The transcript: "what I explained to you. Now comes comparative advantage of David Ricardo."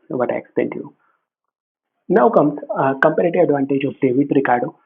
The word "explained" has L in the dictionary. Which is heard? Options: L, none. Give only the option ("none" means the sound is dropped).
none